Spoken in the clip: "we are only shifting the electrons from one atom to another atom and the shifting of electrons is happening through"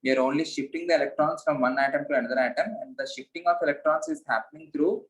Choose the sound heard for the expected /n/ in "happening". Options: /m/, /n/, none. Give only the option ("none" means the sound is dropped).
/n/